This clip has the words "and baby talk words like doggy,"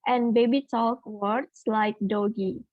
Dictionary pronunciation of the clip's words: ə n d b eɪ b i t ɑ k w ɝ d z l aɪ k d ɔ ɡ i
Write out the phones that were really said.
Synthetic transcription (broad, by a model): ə n b eɪ b i t ɑ k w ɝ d s l aɪ k d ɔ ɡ i